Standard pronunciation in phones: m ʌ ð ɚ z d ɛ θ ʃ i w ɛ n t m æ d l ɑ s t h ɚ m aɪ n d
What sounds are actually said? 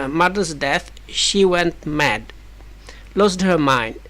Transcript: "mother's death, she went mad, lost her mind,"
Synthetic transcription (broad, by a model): m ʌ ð ɚ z d ɛ θ ʃ i w ɛ n t m æ d l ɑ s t h ɚ m aɪ n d